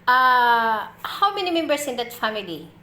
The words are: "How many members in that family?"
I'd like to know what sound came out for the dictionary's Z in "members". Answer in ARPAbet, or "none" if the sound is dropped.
S